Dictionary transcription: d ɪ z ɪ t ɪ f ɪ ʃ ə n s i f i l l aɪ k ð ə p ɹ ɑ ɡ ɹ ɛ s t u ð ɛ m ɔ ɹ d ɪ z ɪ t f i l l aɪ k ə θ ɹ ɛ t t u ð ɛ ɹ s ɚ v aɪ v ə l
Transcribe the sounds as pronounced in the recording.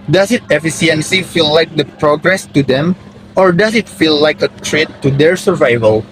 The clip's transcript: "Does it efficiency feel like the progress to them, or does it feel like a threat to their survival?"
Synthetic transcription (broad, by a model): d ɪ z ɪ t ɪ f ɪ s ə n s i f i l l aɪ k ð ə p ɹ ɑ ɡ ɹ ɛ s t u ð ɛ m ɔ ɹ d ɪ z ɪ t f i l l aɪ k ə t ɹ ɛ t t u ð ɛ ɹ s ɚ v aɪ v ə l